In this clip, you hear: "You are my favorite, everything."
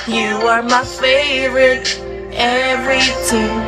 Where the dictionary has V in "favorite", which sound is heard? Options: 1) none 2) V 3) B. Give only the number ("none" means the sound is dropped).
2